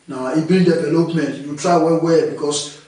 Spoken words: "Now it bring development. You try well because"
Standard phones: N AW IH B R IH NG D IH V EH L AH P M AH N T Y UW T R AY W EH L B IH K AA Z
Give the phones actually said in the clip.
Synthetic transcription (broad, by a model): N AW IH B IH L D IH V EH L AH P M AH N T Y UW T R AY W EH W B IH K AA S